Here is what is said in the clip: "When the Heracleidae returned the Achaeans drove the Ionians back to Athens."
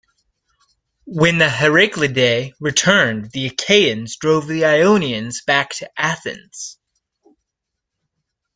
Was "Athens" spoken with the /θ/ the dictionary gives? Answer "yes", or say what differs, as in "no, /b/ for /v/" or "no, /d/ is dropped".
yes